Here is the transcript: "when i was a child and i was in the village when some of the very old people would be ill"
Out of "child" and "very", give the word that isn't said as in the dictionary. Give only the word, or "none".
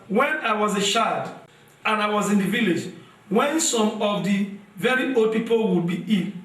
child